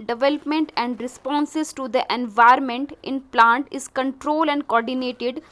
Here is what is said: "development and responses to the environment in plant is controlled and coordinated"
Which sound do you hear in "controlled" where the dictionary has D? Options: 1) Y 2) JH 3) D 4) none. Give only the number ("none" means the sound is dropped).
4